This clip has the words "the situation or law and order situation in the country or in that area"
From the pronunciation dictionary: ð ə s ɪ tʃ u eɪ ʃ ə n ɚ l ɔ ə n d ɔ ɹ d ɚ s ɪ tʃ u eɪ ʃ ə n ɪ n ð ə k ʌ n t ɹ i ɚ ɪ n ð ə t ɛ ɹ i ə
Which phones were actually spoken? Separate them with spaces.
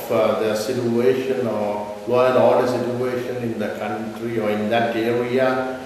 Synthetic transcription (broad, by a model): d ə s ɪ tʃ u eɪ ʃ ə n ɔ l ɔ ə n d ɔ l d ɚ s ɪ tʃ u eɪ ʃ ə n ɪ n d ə k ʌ n t ɹ i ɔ ɪ n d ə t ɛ ɹ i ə